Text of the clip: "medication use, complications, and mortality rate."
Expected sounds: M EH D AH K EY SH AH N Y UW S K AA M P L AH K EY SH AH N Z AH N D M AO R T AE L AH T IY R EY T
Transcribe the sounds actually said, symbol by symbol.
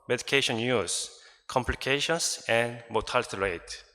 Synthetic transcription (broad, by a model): M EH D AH K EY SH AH N Y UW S K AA M P L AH K EY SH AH N S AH N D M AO T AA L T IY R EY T